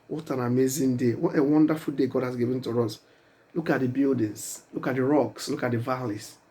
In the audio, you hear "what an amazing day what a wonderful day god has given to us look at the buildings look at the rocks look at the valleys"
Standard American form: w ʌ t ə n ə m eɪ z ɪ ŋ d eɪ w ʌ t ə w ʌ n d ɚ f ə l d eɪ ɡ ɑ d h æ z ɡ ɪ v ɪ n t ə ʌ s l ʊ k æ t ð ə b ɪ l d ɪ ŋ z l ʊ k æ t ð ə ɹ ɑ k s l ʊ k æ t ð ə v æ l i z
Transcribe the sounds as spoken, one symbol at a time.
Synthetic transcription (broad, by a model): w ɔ t ə n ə m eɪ z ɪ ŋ d eɪ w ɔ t ə w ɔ n d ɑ f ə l d eɪ ɡ ɑ d h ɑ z ɡ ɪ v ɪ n t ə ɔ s l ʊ k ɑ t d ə b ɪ l d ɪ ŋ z l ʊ k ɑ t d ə ɹ ɑ k s l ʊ k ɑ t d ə v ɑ l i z